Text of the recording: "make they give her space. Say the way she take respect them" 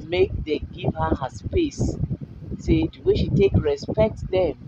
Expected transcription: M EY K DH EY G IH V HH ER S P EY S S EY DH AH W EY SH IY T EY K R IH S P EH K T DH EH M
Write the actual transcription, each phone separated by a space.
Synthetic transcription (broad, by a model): M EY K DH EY G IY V HH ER S P EY S S EY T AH W EY SH IY T EY K R IH S P EH K T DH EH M